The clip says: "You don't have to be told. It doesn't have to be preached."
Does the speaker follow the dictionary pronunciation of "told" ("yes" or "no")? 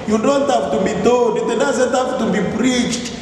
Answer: no